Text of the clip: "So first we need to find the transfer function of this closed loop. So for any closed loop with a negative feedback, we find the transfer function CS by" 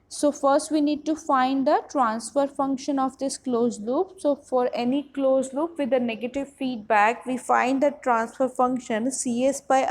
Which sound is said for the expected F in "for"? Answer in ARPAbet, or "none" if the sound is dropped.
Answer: F